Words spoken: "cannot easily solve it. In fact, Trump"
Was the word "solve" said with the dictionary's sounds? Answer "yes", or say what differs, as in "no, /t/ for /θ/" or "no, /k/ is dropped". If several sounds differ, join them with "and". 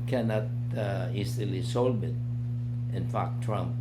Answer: no, /b/ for /v/